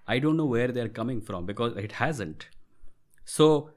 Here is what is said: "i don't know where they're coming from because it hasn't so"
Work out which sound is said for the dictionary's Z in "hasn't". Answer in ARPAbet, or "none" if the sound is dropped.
Z